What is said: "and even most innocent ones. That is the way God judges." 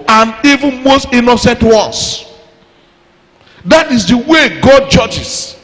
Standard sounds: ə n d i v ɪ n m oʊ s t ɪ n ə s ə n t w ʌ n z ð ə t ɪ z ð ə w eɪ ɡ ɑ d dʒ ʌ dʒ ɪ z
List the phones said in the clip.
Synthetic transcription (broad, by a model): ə n i v ɪ n m oʊ s t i n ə s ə n t w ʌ n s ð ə t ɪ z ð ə w eɪ ɡ ɑ d dʒ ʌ dʒ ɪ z